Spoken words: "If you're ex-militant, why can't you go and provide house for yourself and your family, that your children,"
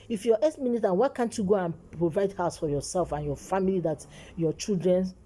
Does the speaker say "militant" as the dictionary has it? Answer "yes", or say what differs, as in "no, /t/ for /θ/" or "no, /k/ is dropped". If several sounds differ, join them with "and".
no, /n/ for /l/